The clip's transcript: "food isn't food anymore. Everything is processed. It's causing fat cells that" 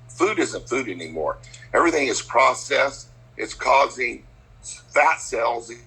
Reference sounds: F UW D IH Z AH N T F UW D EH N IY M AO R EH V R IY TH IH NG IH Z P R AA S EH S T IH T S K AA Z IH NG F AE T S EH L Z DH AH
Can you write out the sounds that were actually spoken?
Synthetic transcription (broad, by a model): F UW D IH Z AH N T F UW D EH N IY M AO R EH V R IY TH IH NG IH Z P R AA S EH S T IH T S K AA Z IH NG F AE T S EH L Z